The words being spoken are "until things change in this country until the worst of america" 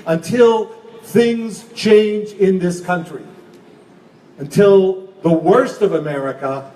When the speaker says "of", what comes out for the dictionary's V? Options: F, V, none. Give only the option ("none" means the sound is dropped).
V